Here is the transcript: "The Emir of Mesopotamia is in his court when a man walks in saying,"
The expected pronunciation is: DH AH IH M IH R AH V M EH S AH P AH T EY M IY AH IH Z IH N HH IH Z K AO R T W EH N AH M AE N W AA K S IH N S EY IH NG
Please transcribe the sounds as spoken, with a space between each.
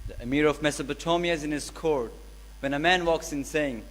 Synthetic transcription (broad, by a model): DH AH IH M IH R AH V M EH S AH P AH T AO M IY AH IH Z IH N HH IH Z K AO R T W EH N AH M AE N W AA K S IH N S EY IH NG